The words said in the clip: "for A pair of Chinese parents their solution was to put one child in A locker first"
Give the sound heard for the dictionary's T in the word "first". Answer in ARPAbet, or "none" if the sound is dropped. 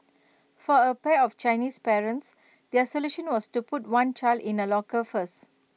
none